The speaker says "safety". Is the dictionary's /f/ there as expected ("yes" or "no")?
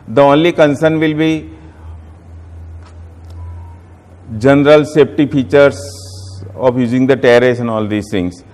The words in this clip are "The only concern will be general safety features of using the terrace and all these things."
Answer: no